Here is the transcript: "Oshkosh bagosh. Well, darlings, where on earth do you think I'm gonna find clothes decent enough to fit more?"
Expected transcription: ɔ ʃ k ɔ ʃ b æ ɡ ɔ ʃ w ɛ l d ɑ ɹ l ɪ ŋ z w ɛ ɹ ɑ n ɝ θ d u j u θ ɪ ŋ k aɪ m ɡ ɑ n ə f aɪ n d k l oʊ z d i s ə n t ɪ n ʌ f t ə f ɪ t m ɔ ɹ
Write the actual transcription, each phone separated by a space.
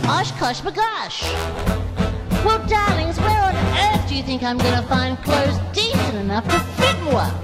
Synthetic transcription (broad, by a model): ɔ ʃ k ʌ ʃ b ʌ ɡ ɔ ʃ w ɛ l d ɑ ɹ l ɪ ŋ z w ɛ ɹ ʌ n ɝ θ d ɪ j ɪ θ ɪ ŋ k aɪ m ɡ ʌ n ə f aɪ n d k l oʊ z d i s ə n ɪ n ʌ f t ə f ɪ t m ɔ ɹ